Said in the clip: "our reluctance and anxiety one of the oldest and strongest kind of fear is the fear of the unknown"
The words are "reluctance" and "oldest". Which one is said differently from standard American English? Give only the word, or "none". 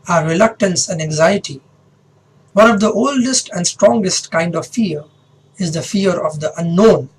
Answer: none